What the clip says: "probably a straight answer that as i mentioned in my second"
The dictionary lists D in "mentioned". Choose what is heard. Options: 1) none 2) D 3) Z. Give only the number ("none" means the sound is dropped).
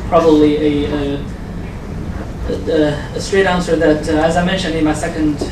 2